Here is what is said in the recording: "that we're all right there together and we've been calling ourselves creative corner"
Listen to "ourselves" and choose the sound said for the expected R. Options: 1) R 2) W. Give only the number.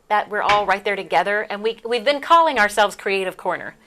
1